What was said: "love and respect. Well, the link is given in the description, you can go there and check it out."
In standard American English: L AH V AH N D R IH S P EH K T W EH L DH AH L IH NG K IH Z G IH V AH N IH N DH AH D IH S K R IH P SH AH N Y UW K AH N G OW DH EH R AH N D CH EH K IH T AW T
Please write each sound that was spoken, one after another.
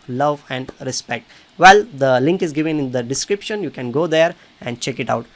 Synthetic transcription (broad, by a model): L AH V AH N D R IH S P EH K T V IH L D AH L IH NG K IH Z G IH V AH N IH N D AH D IH S K R IH P SH AH N Y UW K AH N G OW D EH R AH N D CH EH K IH T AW T